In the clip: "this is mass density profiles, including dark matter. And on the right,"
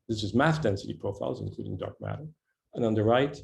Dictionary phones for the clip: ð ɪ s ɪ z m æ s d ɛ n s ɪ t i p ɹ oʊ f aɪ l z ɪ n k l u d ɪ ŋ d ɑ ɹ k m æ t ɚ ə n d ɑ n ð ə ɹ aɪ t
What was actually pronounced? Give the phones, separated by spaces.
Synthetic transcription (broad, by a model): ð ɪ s ɪ z m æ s d ɛ n s ɪ t i p ɹ oʊ f aɪ l z ɪ n k l u d ɪ ŋ d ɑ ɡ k m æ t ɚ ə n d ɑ n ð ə ɹ aɪ t